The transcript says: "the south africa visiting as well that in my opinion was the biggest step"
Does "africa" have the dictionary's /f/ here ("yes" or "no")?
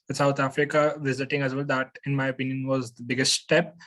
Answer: yes